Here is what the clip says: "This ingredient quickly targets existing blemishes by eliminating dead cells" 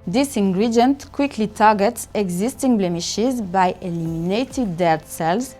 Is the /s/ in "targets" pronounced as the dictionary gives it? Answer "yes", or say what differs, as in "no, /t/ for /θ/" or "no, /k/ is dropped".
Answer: yes